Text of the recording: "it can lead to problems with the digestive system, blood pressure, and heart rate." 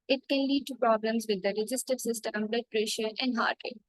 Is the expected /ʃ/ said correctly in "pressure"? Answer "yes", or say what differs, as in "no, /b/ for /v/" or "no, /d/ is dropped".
yes